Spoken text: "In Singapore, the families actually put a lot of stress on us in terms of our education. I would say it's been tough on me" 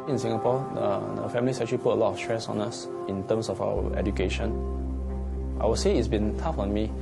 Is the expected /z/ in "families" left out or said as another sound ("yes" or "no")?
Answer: yes